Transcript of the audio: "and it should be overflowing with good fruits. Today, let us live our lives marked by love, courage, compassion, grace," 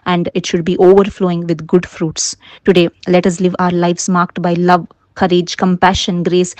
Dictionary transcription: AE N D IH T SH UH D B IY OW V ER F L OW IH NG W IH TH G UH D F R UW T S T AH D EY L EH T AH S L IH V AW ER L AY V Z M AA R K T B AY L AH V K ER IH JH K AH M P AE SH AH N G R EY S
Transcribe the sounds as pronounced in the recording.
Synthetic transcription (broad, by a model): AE N D IH T SH UH D B IY OW V ER F L OW IH NG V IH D G UH D F R UW T S T AH D EY L EH T AH S L IH V AW ER L AY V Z M AA R K T B AY L AH V K ER IH JH K AH M P AE SH AH N G R EY S